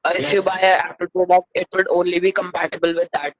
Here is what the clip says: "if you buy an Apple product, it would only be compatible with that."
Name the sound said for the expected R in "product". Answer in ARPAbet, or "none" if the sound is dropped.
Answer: none